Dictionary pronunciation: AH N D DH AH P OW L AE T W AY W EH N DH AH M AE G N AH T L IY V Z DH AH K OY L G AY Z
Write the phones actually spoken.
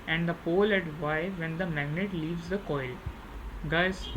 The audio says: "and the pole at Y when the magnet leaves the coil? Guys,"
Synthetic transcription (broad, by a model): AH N D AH P OW L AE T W AY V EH N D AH M AE G N AH T L IY V Z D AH K OY L G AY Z